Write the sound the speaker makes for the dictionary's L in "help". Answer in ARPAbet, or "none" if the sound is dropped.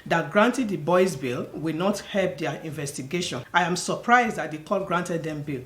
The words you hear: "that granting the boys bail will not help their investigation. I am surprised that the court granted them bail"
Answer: L